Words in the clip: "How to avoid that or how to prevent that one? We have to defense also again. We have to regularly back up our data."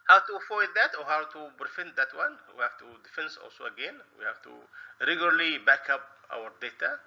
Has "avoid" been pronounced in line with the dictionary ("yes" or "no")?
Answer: no